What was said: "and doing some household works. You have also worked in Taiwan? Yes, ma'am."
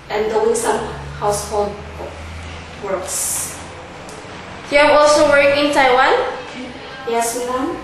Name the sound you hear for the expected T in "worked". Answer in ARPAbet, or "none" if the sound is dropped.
none